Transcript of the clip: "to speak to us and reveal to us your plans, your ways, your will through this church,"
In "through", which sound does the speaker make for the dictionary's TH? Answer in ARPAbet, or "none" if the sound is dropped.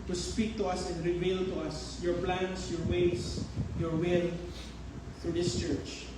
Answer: F